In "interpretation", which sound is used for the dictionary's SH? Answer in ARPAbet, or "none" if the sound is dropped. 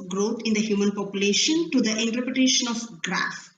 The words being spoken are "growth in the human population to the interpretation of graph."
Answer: SH